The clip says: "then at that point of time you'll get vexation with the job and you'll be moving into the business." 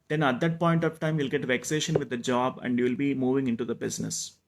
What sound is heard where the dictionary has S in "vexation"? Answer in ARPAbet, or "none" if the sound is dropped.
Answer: S